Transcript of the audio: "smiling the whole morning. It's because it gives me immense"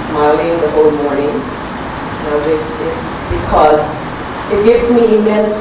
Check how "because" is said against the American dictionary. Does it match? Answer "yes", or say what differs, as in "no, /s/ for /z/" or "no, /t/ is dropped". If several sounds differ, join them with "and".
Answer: yes